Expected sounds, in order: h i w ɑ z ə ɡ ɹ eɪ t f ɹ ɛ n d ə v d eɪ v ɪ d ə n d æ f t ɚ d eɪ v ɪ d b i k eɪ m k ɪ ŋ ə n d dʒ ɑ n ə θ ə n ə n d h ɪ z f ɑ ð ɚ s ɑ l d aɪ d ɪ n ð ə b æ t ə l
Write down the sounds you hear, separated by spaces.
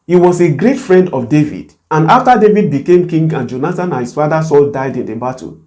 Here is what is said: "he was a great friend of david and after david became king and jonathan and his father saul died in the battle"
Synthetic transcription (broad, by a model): h i w ɑ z ə ɡ ɹ eɪ t f ɹ ɛ n d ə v d eɪ v ɪ d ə n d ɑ f t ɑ d eɪ v ɪ d b i k eɪ m k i ŋ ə n dʒ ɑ n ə t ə n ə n h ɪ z f ɑ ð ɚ s ɑ l d aɪ d ɪ n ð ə b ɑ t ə